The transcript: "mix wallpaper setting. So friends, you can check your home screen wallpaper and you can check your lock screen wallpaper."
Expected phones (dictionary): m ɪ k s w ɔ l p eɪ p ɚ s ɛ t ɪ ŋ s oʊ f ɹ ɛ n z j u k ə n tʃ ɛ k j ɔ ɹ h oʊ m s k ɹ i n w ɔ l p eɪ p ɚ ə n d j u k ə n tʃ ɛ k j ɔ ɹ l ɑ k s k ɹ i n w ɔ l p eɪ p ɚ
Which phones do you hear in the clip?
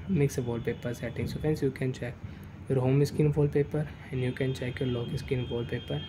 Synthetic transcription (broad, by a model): m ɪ k s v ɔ l p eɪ p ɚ s ɛ t ɪ ŋ s oʊ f ɛ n s j u k ə n tʃ ɛ k j ɔ ɹ h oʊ m s k i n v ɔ l p eɪ p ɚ ə n d j u k ə n tʃ ɛ k j ɔ ɹ l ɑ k s k i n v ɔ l p eɪ p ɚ